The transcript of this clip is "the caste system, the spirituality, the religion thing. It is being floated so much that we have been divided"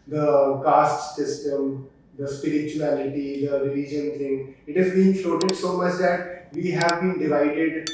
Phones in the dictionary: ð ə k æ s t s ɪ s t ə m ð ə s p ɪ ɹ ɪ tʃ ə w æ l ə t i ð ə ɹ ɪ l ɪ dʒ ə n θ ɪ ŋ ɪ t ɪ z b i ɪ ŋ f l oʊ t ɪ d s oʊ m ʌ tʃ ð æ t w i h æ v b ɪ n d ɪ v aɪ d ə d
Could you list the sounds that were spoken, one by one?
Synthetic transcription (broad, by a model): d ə k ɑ s t s ɪ s t ə m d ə s p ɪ ɹ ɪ tʃ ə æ l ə t i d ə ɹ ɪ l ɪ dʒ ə n t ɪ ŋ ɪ t ɪ z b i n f oʊ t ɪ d s oʊ m ʌ tʃ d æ t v i h æ v b ɪ n d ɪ v aɪ d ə d